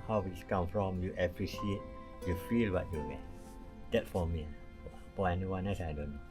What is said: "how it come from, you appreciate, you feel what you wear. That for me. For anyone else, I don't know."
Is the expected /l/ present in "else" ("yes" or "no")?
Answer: no